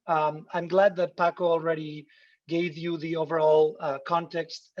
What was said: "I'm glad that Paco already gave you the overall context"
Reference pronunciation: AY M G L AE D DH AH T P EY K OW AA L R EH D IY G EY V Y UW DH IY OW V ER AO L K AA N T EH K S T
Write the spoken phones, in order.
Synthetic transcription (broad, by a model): AY M G L AE D DH AH T P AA K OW AA L R EH D IY G EY V Y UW DH IY OW V ER AO L K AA N T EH K S T